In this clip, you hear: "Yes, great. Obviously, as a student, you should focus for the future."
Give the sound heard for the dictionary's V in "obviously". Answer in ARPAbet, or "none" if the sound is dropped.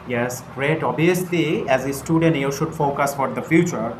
none